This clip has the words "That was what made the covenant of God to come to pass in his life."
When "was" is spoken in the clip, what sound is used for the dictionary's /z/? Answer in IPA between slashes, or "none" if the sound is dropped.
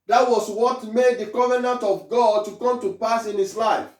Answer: /s/